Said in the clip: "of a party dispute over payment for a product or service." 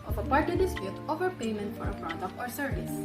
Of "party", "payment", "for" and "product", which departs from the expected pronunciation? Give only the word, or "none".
product